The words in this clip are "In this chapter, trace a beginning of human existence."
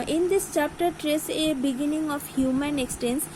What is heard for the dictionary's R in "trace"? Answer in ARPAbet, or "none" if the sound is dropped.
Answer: R